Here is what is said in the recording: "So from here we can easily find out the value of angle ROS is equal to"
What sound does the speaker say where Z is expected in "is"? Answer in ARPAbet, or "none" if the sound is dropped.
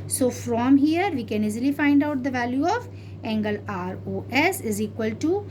Z